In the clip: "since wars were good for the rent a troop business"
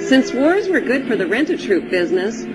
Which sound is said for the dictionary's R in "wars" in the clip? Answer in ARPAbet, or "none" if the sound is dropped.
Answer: R